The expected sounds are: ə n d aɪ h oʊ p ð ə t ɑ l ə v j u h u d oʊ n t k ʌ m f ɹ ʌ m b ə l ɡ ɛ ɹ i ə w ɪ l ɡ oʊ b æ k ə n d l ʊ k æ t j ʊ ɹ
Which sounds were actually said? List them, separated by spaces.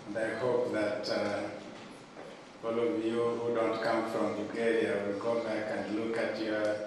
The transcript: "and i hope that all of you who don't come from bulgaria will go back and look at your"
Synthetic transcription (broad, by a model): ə n d aɪ h oʊ p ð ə t ɑ l ə v j u h u d oʊ n t k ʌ m f ɹ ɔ m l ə ɡ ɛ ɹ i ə w ɪ l ɡ oʊ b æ k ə n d l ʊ k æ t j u